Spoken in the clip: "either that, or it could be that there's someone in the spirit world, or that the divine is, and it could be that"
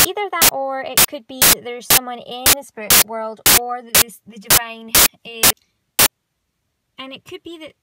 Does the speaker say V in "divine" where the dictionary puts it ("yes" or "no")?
yes